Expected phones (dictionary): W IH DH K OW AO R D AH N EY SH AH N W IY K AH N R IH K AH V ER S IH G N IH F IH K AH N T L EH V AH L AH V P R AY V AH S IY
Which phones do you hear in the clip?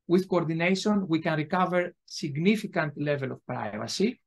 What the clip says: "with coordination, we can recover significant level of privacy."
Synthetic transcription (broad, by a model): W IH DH K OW AO R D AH N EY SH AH N W IY K AH N R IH K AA V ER S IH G N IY F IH K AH N T L EH V AH L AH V P R AY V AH S IY